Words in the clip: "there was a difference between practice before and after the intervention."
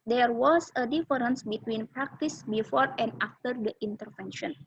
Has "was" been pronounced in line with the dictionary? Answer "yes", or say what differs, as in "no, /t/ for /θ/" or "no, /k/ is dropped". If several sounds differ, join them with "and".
no, /s/ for /z/